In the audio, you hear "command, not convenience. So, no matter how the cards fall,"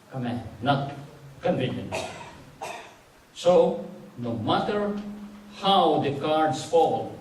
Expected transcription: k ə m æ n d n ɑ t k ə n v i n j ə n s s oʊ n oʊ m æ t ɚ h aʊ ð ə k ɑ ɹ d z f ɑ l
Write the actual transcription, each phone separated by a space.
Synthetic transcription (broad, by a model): k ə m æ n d n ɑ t k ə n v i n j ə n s s oʊ n oʊ m æ t ɚ h aʊ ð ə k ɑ ɹ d s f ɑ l